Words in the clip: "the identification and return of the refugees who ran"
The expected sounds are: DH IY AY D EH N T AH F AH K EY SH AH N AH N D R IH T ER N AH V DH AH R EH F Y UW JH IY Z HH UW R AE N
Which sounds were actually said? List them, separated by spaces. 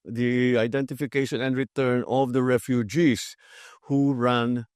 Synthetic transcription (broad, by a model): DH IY AY D EH N T AH F AH K EY SH AH N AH N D R IH T ER N AH V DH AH R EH F Y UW JH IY S HH UW R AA N